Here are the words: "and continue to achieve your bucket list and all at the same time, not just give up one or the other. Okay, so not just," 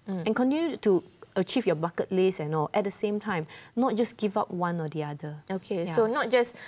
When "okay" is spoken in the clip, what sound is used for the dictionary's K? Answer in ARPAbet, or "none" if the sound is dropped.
K